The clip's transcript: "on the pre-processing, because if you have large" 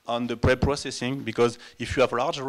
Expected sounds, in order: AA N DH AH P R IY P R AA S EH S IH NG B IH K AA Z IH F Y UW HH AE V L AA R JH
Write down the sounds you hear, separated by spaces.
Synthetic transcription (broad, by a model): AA N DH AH P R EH P R AA S EH S IH NG B IH K AA Z IH F Y UW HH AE V L AA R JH